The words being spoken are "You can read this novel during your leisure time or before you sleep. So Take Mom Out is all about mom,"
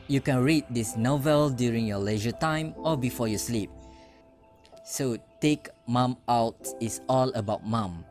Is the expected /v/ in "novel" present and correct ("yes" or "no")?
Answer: yes